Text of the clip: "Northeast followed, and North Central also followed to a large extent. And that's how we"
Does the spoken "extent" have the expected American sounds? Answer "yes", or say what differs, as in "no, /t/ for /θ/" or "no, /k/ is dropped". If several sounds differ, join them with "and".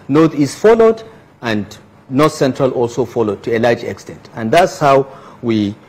yes